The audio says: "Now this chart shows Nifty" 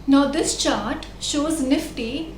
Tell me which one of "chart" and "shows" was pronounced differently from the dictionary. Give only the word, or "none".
none